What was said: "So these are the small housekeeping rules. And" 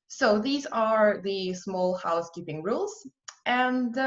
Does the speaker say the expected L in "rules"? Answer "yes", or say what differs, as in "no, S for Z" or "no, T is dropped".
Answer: yes